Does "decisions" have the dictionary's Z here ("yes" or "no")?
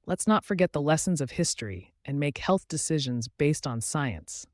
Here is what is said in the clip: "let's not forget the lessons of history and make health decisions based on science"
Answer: yes